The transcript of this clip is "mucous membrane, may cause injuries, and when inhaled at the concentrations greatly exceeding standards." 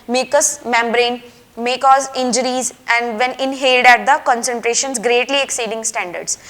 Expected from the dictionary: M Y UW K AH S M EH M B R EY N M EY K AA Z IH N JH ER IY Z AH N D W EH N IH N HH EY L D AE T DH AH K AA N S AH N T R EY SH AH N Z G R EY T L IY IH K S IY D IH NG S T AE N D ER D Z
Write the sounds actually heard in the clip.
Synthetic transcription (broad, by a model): M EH K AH S M EH M B R EY N M EY K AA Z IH N JH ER IY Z AH N D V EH N IH N HH EY L D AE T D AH K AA N S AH N T R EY SH AH N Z G R EY T L IY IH K S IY D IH NG S T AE N D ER D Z